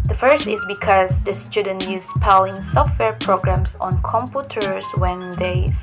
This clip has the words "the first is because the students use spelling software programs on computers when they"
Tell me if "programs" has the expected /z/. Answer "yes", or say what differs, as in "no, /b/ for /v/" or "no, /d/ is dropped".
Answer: no, /s/ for /z/